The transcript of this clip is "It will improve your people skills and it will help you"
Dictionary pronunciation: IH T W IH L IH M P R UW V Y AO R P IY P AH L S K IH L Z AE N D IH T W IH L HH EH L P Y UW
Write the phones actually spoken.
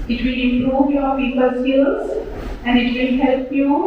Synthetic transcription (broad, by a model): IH T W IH L IH M P R UW V Y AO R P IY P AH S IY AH Z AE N D IH T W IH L HH EH L P Y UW